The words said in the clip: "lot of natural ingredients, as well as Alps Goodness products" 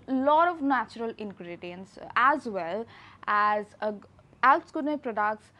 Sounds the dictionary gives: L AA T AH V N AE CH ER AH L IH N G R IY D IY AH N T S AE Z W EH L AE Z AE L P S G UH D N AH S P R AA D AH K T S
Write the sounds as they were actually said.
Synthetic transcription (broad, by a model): L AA T AH V N AE CH ER AH L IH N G R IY D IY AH N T S AE Z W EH L AE Z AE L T S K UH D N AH P R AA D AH K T S